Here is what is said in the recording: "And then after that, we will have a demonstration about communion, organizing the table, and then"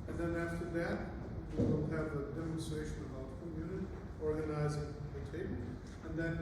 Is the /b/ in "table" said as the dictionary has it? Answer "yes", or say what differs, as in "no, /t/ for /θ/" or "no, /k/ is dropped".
no, /b/ is dropped